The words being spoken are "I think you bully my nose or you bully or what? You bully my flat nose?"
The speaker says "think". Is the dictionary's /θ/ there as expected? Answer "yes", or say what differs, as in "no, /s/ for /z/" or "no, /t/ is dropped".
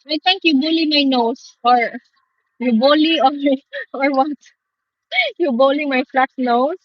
no, /t/ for /θ/